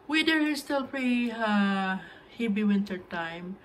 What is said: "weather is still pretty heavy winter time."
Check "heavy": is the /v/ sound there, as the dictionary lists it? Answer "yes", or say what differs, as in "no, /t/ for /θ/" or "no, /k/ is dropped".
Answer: no, /b/ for /v/